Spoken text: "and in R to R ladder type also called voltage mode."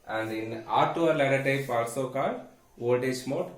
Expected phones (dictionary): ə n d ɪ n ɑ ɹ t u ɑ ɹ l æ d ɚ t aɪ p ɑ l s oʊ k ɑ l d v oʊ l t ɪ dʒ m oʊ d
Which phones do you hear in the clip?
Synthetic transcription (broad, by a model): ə n d ɪ n ɑ ɹ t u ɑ ɹ l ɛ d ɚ t aɪ p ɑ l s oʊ k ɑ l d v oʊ t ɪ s m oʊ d